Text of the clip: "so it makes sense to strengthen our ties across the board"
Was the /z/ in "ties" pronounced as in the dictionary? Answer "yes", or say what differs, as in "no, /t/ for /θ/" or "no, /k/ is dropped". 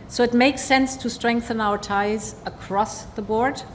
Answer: yes